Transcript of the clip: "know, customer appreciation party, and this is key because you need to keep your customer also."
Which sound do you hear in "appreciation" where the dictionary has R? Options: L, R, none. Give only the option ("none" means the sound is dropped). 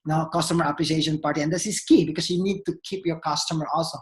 L